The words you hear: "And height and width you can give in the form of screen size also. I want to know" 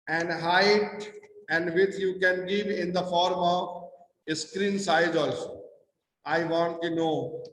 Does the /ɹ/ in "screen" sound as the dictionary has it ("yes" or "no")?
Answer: yes